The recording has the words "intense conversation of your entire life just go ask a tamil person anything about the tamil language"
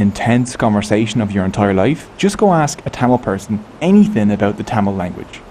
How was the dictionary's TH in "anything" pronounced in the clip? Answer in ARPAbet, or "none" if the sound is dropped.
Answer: TH